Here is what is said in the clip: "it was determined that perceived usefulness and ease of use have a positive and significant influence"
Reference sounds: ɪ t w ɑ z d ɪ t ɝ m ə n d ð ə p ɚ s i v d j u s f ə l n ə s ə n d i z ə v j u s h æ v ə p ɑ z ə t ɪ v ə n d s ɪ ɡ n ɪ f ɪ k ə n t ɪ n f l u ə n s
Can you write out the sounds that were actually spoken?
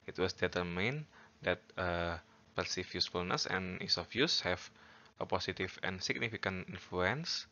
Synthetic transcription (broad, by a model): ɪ t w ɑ s d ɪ t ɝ m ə n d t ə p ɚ s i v j u s f ə l n ə s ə n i s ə f j u s h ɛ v ə p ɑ s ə t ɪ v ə n s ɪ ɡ n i f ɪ k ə n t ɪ n f l u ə n s